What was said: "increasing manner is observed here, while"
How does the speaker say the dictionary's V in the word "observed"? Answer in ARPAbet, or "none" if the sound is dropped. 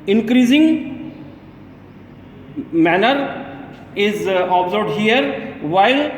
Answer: none